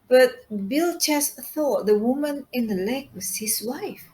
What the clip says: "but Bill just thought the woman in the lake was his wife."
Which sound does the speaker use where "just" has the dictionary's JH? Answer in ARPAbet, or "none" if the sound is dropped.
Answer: CH